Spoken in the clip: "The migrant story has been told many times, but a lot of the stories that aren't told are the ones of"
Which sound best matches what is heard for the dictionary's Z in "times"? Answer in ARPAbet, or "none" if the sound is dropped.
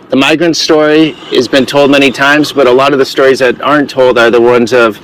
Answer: Z